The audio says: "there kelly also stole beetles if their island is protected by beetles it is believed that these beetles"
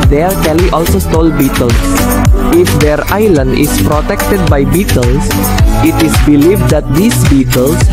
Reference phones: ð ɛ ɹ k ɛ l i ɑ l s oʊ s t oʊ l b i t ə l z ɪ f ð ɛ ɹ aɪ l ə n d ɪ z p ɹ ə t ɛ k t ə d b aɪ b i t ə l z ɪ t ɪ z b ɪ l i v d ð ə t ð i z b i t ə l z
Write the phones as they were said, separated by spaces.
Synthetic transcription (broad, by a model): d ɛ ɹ k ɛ w i ɑ l s oʊ s t oʊ l b i t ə l s ɪ f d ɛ ɹ aɪ l ə n d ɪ s p ɹ ə t ɛ k t ə d b aɪ b i t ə l s ɪ t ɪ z b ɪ l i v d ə t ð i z b i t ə l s